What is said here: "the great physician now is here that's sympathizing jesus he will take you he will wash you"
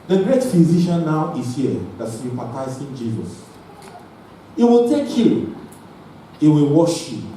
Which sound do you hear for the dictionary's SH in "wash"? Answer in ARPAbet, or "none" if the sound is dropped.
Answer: SH